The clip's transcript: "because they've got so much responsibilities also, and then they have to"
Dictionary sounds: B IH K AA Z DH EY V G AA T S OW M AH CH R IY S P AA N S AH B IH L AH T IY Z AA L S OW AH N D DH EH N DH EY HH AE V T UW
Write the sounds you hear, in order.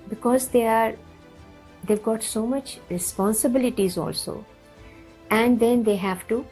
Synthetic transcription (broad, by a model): B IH K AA Z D EY V G AA T S OW M AH CH R IY S P AA N S AH B IH L AH T IY Z AA L S OW AH N D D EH N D EY HH AE V T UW